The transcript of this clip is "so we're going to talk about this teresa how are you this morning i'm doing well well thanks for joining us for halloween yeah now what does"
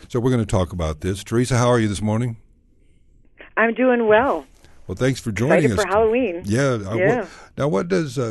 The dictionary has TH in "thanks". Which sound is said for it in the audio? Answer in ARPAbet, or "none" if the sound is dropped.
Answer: TH